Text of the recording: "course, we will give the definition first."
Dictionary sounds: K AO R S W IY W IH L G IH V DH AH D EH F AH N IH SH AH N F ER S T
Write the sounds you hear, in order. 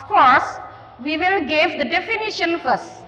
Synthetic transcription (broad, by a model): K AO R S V IY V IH L G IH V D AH D EH F AH N IH SH AH N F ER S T